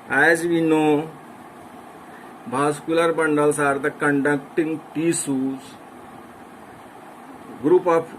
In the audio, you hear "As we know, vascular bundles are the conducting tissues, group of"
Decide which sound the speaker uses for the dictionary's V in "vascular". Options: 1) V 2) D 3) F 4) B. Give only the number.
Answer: 4